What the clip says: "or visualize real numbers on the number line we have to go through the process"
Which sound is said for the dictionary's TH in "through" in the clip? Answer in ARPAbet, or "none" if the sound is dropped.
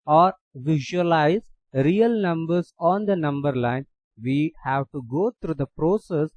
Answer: T